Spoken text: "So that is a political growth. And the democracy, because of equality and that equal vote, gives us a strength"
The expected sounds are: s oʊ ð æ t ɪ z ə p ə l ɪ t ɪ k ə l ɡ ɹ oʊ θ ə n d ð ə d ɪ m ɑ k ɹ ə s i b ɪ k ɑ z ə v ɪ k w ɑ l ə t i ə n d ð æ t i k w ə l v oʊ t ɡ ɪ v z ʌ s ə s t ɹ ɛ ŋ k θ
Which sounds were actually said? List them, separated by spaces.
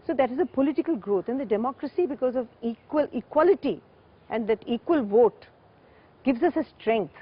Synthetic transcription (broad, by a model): s oʊ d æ t ɪ z ə p ə l ɪ t ɪ k ə l ɡ ɹ oʊ t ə n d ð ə d ɪ m ɑ k ɹ ə s i b ɪ k ɑ z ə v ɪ k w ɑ l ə t i ə n d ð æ t i k w ə l v oʊ t ɡ ɪ v z ʌ s ə s t ɹ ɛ ŋ k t